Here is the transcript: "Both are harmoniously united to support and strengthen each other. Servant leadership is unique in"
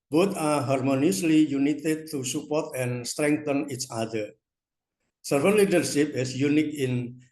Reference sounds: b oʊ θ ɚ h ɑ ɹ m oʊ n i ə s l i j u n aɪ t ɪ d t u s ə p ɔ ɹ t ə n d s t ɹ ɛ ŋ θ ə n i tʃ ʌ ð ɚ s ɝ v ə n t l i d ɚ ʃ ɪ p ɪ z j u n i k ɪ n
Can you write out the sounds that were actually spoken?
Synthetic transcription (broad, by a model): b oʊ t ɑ h ɑ ɹ m oʊ n i ə s l i j u n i t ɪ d t u s ə p ɔ ɹ t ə n s t ɹ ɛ ŋ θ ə n i tʃ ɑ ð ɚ s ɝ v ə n l i d ɚ ʃ ɪ p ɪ s j u n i k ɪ n